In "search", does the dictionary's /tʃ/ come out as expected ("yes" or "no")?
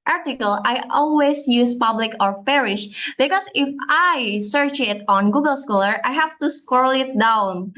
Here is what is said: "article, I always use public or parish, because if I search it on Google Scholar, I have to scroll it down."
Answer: yes